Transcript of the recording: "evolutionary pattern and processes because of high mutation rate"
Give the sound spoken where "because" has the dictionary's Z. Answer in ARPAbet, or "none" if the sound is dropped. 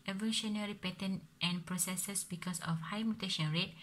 S